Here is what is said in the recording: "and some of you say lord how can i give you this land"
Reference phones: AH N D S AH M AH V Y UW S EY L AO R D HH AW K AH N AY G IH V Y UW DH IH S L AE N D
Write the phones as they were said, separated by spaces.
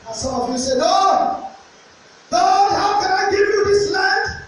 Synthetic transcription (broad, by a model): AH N S AH M AH V Y UW S EY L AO L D HH AW K AH N AY G IH V Y UW DH IH S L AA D